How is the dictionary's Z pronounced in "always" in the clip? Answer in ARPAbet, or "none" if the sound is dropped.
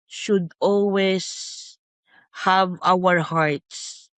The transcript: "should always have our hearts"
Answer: S